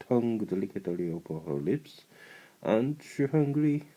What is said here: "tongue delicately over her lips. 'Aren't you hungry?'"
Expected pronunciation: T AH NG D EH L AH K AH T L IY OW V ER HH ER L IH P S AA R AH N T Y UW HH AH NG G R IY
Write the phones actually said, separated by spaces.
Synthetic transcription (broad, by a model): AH NG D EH L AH K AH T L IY OW P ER HH ER L IH P S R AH N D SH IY HH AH NG G R IY